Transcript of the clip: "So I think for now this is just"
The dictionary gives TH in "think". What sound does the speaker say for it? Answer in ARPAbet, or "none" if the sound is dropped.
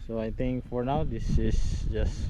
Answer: T